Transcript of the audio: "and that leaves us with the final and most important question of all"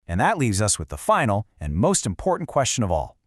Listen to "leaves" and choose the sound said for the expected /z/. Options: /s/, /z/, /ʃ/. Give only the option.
/z/